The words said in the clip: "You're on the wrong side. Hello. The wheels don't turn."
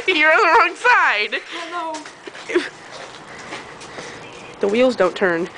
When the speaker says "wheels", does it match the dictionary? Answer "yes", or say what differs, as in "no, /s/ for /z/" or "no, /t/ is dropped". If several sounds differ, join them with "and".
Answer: yes